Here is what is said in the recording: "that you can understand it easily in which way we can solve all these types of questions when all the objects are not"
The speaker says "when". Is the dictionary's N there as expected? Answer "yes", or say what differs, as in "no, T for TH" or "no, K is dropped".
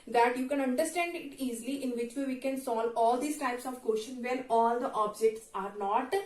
no, L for N